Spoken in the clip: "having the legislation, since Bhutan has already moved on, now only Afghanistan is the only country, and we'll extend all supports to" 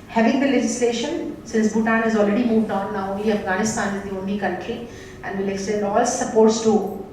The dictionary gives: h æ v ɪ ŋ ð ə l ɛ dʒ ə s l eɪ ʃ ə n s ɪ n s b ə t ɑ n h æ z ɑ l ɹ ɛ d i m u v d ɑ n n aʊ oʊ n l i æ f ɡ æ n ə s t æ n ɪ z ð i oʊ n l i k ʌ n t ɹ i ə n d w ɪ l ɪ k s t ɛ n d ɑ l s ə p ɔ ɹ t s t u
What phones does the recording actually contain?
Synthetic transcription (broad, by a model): h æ v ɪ ŋ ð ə l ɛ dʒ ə s l eɪ ʃ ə n s ɪ n s b ə t ɑ n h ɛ z ɑ l ɹ ɛ d i m u v d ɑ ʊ n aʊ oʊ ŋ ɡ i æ f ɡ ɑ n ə s t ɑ n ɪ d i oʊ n i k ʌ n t i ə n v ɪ l ɪ k s t ɛ n d ɑ l s ə p ɔ ɹ t s t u